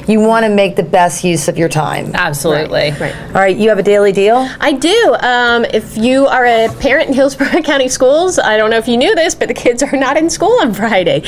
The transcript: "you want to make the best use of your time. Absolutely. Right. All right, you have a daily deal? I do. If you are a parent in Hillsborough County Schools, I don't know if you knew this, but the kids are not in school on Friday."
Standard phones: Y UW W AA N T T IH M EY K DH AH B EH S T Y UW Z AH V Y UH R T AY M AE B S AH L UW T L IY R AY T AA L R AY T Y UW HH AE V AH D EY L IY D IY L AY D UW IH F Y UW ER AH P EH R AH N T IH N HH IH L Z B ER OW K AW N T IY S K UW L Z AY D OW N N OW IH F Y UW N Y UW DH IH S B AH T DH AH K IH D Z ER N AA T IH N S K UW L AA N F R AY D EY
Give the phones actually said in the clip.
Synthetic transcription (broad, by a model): Y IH W AA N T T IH M EY K DH AH B EH S T Y UW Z AH V Y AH R T AY M AE B S AH L UW T L IY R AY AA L R AY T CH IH V AH D EY L IY D IY L AY D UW IH F Y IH ER AH P EH R AH N T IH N HH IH L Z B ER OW K AW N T IY S K UW L Z AY D OW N N OW IH F Y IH N Y UW DH IH S B AH T DH AH K IH D Z ER N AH T IH N S K UW L AA N F R AY D EY